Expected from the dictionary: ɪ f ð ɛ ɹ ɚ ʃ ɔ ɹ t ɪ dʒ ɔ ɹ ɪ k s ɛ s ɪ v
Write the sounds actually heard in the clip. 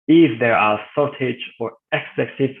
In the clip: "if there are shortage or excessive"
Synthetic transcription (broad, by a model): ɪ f ð ɛ ɹ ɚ s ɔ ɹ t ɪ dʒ ɔ ɹ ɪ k s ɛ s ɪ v